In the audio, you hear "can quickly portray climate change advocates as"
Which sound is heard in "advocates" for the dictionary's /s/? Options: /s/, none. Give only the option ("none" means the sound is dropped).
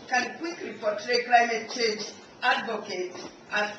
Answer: none